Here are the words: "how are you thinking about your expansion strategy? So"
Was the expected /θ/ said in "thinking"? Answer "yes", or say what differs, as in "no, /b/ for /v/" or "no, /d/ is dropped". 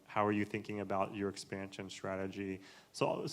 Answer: yes